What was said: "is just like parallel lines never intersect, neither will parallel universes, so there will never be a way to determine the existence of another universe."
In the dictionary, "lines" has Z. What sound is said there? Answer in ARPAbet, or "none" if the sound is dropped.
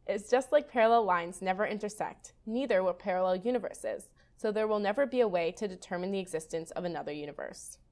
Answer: Z